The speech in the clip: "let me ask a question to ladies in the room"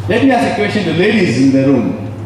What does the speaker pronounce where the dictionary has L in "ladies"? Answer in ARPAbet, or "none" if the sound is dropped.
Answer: L